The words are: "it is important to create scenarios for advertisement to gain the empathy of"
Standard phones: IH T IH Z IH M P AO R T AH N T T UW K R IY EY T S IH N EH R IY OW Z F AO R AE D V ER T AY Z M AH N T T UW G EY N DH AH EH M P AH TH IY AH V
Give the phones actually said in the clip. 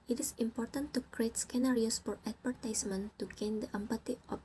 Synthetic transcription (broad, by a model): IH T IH S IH M P AO R T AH N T T UW K R IY EY T S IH N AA R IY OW S F AO R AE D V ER T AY S M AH N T T UW G EY N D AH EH M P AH T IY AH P